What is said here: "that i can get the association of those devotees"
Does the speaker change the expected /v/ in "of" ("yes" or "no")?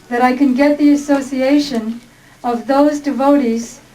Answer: no